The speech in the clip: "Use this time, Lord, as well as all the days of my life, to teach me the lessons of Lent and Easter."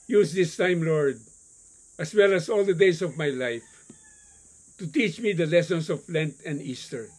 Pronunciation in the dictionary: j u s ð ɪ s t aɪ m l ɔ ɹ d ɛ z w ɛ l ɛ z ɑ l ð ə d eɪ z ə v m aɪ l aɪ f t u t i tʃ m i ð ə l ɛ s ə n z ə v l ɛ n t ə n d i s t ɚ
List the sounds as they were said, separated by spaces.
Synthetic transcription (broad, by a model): j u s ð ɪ s t aɪ m l ɔ ɹ d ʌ s w ɛ l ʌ s ɑ l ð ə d eɪ s ə v m aɪ l aɪ f t u t i tʃ m i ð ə l ɛ s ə n s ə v l ɛ n t ə n d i s t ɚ